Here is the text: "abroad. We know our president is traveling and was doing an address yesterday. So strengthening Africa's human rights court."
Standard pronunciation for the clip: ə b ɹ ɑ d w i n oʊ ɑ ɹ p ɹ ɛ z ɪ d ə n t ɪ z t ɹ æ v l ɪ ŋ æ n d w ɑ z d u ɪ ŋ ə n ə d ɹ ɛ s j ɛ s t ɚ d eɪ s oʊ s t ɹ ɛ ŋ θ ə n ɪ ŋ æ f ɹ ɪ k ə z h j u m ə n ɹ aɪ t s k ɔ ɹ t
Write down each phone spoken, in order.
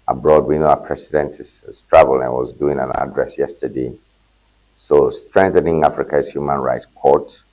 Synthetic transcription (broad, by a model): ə b ɹ ɑ d w i n oʊ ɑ p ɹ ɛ s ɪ d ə n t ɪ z t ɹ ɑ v l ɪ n w ɑ z d u ɪ ŋ ə n ə d ɹ ɛ s j ɛ s t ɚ d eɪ s oʊ s t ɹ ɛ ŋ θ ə n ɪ ŋ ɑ f ɹ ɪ k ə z h j u m ə n ɹ aɪ t s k ɔ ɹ t